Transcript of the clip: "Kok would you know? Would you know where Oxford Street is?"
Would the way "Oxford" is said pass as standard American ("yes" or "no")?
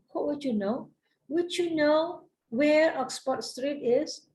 no